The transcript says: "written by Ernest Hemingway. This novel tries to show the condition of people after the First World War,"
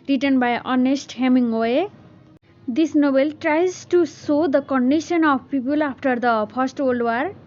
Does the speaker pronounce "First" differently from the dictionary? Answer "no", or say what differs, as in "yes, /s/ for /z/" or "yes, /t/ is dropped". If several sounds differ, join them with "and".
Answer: yes, /p/ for /f/